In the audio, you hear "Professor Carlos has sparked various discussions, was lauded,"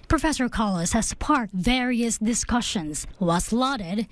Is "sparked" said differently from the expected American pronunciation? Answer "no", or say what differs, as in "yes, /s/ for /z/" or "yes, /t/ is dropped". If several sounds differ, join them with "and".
yes, /k/ is dropped